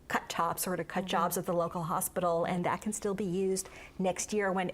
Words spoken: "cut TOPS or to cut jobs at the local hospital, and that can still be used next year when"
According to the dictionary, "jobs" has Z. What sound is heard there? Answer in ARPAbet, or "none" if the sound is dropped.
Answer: Z